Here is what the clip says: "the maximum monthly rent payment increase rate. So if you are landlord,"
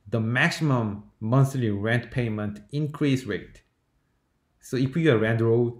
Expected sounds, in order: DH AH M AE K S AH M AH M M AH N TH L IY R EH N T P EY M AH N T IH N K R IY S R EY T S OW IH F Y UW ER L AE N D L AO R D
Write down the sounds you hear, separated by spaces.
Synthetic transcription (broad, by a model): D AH M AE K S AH M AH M M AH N S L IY R EH N T P EY M AH N T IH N K R IY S R EY T S OW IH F Y UW ER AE N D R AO